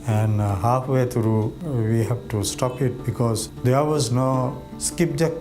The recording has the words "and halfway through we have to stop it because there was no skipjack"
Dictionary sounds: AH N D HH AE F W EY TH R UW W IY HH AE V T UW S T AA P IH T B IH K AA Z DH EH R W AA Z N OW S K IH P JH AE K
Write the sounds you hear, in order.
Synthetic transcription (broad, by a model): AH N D HH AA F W EY T R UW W IY HH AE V T UW S T AA P IH T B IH K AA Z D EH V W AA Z N OW S K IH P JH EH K